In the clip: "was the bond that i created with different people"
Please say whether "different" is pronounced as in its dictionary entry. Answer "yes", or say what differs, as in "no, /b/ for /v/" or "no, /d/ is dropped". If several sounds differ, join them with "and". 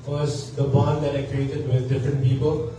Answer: yes